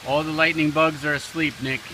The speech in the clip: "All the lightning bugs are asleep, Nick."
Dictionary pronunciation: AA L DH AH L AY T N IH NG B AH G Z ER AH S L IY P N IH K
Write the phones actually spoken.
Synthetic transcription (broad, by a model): AA L DH AH L AY T N IH NG B AH G Z ER AH S L IY P N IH K